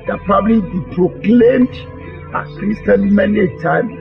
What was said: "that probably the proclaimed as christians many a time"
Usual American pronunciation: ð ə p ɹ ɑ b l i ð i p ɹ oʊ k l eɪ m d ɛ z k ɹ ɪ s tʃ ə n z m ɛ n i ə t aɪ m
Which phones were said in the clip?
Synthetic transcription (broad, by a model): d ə p ɹ ɑ b l i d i p ɹ oʊ k l eɪ m d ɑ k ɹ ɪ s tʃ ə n m ɛ n i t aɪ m